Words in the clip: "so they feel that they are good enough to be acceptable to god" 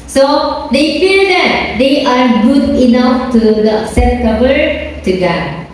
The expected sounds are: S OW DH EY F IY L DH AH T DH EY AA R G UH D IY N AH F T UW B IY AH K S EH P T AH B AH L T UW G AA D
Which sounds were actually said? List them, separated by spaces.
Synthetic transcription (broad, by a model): S OW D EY F IY L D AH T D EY AA R G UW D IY N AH F T UW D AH S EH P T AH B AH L T UW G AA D